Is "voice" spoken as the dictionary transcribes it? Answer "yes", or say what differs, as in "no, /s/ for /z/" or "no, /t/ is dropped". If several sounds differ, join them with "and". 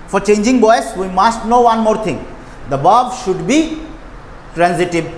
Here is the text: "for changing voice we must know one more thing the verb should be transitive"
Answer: no, /b/ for /v/